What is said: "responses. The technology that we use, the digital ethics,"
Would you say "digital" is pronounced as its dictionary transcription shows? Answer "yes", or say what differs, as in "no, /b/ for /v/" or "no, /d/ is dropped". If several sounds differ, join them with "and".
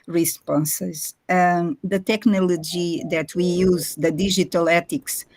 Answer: no, /ʒ/ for /dʒ/